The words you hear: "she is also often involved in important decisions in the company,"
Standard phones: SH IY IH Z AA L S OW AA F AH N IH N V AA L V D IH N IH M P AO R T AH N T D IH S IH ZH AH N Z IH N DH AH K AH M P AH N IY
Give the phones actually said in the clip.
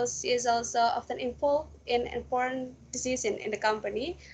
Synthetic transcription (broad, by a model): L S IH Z AA L S OW AA F AH N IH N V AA L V IH N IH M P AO R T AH N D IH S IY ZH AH N IH N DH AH K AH M P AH N IY